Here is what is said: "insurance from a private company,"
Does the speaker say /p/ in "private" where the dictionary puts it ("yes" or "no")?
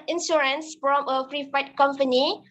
no